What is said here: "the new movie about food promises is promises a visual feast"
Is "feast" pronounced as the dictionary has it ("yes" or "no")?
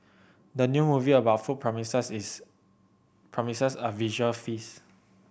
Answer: no